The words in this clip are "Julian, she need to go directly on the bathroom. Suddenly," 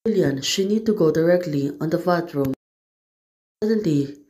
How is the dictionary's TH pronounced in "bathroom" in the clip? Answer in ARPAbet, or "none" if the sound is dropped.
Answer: T